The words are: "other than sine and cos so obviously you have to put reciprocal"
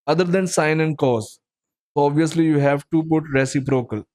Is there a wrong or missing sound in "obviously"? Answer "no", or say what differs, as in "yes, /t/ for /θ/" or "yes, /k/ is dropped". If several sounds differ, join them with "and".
no